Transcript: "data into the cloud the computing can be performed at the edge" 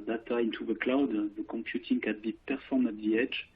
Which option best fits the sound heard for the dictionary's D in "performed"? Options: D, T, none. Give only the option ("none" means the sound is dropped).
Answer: none